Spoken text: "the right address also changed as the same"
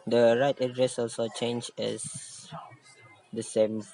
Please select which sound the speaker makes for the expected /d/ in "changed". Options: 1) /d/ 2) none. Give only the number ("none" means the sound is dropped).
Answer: 2